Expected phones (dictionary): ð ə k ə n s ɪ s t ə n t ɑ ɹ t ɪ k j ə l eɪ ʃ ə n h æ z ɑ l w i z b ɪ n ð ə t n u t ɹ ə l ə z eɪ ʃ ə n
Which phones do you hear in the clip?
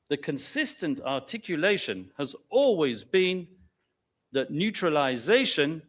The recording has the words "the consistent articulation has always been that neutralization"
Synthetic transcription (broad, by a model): ð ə k ə n s ɪ s t ə n t ɑ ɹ t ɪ k j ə l eɪ ʃ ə n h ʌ z ɑ l w i z b ɪ n ð ə t n u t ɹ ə l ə z eɪ ʃ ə n